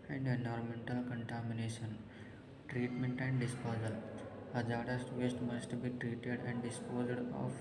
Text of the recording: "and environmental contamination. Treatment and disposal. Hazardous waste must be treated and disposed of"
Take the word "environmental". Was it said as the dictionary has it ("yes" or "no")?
no